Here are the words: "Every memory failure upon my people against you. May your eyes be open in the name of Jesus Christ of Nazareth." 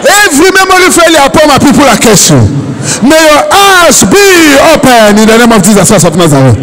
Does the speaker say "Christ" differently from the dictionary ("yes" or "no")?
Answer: yes